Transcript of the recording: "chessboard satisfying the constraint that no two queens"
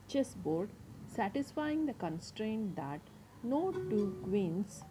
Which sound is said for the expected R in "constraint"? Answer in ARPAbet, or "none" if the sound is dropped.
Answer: R